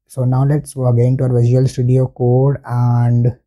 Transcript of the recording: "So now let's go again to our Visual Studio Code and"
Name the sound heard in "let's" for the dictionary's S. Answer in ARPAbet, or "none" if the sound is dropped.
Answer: S